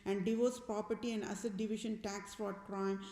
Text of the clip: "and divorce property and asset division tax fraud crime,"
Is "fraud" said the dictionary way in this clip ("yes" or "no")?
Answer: no